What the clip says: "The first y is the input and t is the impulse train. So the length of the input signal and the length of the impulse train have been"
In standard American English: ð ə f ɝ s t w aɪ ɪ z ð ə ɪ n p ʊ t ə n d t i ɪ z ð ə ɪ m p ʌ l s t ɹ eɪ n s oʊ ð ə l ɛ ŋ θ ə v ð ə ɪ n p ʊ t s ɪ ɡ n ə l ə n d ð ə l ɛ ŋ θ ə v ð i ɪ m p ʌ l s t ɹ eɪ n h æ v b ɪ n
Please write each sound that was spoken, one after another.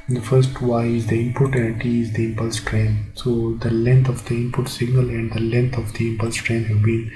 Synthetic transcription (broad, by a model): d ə f ɝ s t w aɪ ɪ z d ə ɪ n p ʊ t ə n t i ɪ z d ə ɪ m p ʌ l s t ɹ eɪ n s oʊ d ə l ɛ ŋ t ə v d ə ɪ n p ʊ t s ɪ ɡ n ə l ə n d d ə l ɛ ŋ t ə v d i ɪ m p ʌ l s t ɹ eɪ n h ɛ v b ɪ n